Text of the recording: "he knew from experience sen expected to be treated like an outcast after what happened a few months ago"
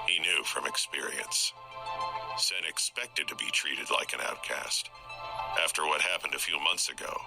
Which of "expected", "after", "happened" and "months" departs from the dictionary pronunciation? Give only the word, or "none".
none